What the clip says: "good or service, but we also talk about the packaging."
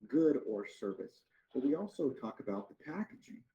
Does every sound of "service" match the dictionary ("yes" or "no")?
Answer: yes